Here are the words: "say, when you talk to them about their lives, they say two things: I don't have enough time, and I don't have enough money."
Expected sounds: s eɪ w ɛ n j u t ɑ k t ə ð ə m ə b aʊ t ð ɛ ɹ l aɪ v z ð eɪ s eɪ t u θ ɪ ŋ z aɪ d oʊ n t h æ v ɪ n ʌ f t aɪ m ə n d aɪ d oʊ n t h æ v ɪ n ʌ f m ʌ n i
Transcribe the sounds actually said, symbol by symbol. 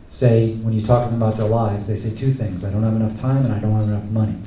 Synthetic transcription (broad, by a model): s eɪ w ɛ n j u t ɑ k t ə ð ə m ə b aʊ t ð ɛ ɹ l aɪ v z ð eɪ s eɪ t u θ ɪ ŋ z aɪ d oʊ n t h æ v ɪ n ʌ f t aɪ m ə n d aɪ d oʊ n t h æ v ɪ n ʌ f m ʌ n i